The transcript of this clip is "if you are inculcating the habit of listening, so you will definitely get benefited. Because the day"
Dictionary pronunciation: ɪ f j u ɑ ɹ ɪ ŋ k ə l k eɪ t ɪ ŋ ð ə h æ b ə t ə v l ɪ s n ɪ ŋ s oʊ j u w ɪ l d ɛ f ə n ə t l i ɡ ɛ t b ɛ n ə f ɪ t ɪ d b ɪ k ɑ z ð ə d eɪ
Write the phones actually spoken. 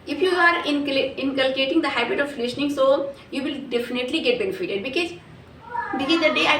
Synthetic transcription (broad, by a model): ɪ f j u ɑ ɹ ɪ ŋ k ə l k eɪ t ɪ ŋ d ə h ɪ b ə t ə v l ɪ ʃ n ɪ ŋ s oʊ j u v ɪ l d ɛ f ə n ə t l i ɡ ɛ t b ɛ n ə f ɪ t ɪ d b ɪ k ɑ z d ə d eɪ